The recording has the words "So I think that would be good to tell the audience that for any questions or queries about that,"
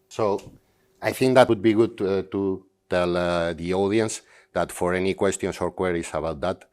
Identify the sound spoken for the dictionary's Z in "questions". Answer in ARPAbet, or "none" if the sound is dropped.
S